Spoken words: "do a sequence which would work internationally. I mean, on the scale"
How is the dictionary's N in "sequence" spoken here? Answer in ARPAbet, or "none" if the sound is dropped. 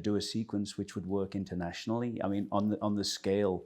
N